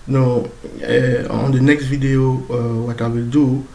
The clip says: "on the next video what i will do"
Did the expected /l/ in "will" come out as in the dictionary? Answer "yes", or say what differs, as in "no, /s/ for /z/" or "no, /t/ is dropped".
yes